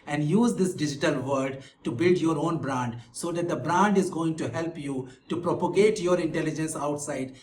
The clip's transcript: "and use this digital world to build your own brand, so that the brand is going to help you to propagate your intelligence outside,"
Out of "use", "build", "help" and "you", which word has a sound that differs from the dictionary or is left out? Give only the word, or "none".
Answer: none